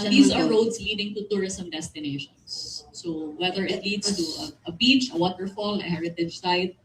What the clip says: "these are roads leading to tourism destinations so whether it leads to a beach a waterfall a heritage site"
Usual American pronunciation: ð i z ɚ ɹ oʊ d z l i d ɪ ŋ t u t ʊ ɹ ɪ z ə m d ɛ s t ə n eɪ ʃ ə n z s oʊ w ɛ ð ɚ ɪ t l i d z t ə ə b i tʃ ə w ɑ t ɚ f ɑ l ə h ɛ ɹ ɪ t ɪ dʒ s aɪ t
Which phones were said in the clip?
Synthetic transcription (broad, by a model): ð i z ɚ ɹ oʊ d s l i d ɪ ŋ t u t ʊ ɹ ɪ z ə m d ɛ s t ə n eɪ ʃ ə n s s oʊ w ɛ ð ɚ ɪ t l i d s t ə ə b i tʃ ə w ɑ t ɚ f ɑ l ə h ɛ ɹ ɪ t ɪ dʒ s aɪ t